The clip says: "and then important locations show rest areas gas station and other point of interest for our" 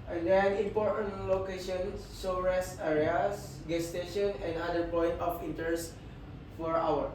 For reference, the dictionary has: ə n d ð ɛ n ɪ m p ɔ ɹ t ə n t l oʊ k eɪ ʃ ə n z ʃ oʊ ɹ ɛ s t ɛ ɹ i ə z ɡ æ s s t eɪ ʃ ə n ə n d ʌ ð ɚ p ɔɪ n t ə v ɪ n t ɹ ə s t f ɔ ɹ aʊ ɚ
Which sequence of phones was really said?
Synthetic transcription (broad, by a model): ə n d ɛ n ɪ m p ɔ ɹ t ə n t l oʊ k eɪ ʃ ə n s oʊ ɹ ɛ s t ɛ ɹ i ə s ɡ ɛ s s t eɪ ʃ ə n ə n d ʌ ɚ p ɔɪ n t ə f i n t ə s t f ɔ ɹ aʊ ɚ